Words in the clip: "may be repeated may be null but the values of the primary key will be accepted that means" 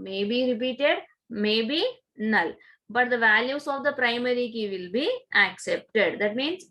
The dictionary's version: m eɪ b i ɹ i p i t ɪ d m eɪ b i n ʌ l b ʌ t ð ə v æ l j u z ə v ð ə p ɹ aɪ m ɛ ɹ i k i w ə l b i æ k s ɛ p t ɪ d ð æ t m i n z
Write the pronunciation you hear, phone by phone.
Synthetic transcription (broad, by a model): m eɪ b i ɹ i p i t ɪ d m eɪ b i n ʌ l b ʌ t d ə v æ l j u s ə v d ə p ɹ aɪ m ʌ ɹ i k i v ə l b i æ k s ɛ p t ɪ d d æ t m i n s